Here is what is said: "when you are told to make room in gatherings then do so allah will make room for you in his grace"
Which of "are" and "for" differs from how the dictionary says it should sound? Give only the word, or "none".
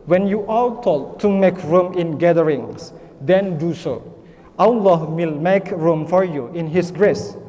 are